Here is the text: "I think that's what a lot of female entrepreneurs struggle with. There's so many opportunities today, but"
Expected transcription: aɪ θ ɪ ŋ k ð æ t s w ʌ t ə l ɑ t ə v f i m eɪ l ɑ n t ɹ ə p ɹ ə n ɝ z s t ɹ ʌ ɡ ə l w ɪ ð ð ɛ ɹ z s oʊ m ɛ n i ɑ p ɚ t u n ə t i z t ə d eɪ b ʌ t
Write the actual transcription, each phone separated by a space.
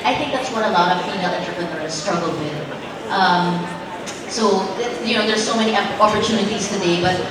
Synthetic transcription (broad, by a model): aɪ θ ɪ ŋ k ð æ t s w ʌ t ə l ɑ t ə v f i ɪ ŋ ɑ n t ɹ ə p ɹ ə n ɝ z s t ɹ ʌ ɡ l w ɪ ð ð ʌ ɹ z s oʊ m ɛ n i ɑ p ɚ t u n ə t i z t ə d eɪ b ʌ t